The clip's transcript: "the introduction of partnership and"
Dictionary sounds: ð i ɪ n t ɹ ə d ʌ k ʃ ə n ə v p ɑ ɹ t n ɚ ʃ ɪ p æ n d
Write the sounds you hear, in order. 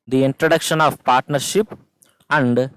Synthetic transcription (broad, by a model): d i ɪ n t ɹ ə d ʌ k ʃ ə n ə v p ɑ ɹ t n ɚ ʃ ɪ p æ n d